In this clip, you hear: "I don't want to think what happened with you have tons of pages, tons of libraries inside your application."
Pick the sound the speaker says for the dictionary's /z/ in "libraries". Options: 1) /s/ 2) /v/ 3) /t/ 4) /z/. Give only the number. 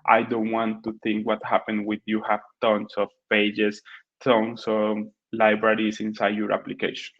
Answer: 1